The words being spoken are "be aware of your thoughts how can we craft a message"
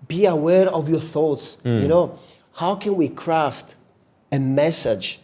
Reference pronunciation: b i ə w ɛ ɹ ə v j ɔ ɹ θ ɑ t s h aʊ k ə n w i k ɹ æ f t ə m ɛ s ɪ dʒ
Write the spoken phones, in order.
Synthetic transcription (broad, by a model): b i ə w ɛ ɹ ə v j ɔ ɹ θ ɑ t s h aʊ k ə n w i k ɹ æ f t ə m ɛ s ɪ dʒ